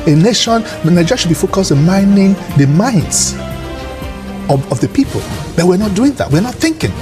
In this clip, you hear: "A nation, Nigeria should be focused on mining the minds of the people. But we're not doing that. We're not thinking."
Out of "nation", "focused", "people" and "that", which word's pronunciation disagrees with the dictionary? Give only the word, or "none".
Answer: focused